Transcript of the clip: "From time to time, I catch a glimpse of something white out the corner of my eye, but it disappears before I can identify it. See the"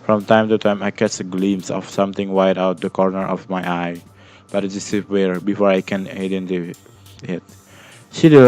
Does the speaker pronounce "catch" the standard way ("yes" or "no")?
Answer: no